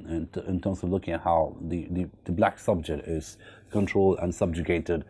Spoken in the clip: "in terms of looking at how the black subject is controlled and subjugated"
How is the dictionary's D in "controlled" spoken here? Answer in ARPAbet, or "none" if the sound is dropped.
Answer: D